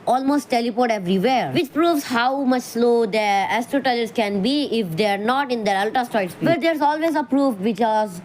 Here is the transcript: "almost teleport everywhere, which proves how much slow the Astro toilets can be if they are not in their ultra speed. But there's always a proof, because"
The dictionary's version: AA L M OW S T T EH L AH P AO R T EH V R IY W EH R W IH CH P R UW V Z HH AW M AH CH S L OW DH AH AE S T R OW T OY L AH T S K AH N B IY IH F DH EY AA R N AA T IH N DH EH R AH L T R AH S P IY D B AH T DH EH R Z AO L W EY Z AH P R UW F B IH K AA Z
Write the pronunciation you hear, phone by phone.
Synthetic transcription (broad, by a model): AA L M OW S T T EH L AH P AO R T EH V R IY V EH R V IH CH P R UW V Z HH AW M AH CH S L OW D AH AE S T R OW T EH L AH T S K AH N B IY IH F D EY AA R N AA T IH N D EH R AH L T AH S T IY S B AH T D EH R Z AO L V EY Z AH P R UW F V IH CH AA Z